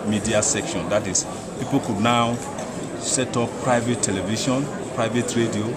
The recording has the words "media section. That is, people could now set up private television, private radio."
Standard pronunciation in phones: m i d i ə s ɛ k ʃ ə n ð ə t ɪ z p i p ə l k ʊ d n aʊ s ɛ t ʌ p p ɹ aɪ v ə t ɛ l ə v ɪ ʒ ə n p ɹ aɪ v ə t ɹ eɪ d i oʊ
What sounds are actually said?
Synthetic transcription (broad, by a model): m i d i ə s ɛ k ʃ ə n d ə t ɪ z p i p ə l k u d n aʊ s ɛ t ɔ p p ɹ aɪ v ə t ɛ l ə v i ʃ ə n p ɹ aɪ v ə t ɹ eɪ d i oʊ